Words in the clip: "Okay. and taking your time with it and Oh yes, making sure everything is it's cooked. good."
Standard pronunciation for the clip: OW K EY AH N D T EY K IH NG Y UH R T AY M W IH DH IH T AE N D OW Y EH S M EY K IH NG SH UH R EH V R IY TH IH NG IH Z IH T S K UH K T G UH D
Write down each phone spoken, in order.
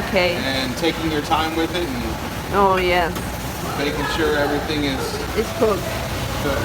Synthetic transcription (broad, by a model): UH K EY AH N T EY K IH NG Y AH R T AY M W IH DH IH T N OW Y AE M EY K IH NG SH UH R EH V R IY TH IH NG IH Z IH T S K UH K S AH